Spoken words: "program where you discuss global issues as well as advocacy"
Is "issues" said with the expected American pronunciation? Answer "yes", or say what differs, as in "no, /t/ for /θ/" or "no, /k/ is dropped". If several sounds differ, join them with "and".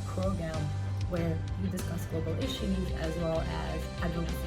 yes